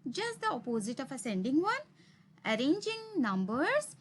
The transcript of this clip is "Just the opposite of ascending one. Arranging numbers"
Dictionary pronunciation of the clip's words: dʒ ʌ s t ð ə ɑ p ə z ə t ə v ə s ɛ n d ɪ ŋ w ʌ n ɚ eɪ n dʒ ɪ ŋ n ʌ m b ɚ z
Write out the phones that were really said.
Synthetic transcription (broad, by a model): dʒ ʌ s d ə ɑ p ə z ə t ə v ə s ɛ n d ɪ ŋ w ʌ n ɚ eɪ n dʒ ɪ ŋ n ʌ m b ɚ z